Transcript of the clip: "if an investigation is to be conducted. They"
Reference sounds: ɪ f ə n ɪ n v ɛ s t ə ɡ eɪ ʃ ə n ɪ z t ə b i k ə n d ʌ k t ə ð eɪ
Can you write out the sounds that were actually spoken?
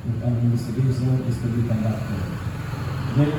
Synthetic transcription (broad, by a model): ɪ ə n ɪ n ɛ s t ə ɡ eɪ s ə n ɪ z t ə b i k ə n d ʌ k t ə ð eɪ